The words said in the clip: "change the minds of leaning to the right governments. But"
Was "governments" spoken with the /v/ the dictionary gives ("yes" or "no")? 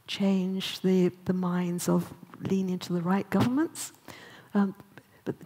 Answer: yes